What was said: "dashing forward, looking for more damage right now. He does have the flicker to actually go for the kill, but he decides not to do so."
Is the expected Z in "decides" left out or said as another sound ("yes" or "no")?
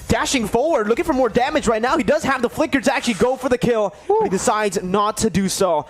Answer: no